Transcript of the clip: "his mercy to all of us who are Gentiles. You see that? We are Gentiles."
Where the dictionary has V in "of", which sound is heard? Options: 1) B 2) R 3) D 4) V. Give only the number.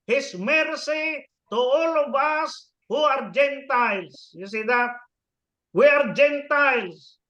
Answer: 1